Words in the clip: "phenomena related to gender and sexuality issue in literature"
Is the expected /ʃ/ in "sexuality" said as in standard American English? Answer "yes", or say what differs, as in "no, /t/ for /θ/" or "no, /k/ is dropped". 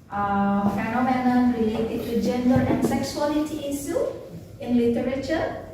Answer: no, /s/ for /ʃ/